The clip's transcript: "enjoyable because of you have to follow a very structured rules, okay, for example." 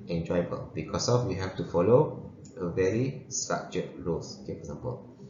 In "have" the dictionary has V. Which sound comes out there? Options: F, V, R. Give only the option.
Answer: F